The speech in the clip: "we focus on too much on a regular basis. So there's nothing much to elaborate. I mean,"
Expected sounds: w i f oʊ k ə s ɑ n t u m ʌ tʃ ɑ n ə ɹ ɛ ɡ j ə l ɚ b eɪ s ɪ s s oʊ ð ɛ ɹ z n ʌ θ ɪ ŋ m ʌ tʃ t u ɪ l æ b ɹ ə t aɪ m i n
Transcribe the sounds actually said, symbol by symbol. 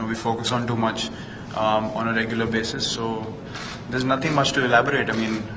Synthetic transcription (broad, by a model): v i f oʊ k ə s ɑ n t u m ʌ tʃ ɑ n ə ɹ ɛ ɡ j ə l ɚ b eɪ s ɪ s s oʊ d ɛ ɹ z n ʌ t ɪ ŋ m ʌ tʃ t u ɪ l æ b ɹ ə t aɪ m i n